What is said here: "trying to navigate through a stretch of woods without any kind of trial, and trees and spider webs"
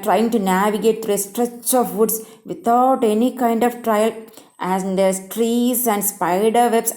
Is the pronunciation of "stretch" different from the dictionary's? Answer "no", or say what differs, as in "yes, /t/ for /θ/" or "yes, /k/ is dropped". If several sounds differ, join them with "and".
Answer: no